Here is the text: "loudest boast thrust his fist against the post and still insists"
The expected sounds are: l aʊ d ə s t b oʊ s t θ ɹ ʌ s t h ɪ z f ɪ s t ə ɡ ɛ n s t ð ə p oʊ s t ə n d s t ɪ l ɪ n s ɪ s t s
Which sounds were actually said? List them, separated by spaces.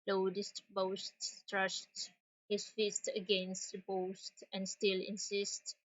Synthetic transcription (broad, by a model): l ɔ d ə s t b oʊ s t t ɹ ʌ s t h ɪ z f ɪ s t ə ɡ ɛ n s t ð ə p oʊ s t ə n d s t ɪ l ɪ n s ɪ s t